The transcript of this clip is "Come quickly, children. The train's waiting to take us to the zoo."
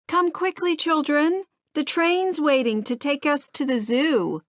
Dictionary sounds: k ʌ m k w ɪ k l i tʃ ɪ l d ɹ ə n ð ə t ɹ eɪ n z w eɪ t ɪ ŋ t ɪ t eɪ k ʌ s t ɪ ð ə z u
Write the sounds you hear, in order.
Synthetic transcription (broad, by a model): k ʌ m k w ɪ k l i tʃ ɪ l d ɹ ə n ð ə t ɹ eɪ n z w eɪ t ɪ ŋ t ɪ t eɪ k ʌ s t ɪ ð ə z u